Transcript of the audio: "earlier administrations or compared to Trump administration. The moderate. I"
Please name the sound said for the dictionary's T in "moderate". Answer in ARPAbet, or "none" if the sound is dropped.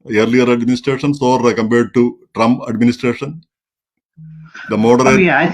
none